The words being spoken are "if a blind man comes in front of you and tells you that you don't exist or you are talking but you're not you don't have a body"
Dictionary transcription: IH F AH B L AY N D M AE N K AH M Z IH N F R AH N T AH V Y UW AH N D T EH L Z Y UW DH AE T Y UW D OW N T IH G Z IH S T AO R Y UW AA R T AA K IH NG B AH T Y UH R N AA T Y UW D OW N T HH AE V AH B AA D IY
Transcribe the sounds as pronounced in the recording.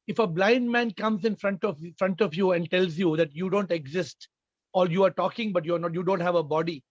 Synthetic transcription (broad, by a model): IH F AH B L AY N D M AE N K AH M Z IH N F R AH N T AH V Y UW AH N D T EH L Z Y UW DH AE T Y UW D OW N T IH G Z IH S T AO L Y UW AA R T AA K IH NG B AH T Y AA R N AA T Y UW D OW N T HH AE V AH B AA D IY